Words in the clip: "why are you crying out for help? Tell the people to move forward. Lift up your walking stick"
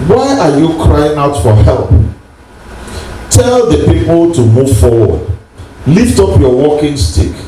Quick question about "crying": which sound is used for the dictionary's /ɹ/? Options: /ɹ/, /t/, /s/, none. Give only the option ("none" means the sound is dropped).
/ɹ/